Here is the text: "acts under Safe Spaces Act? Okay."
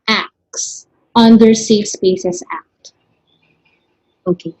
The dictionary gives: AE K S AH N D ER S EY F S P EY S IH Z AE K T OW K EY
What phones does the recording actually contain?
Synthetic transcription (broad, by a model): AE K S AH N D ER S EY F S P EY S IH S AE K T OW K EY